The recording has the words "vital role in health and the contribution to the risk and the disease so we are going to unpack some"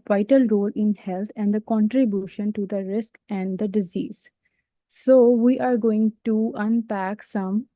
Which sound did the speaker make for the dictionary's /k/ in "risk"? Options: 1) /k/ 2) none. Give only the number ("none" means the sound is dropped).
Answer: 1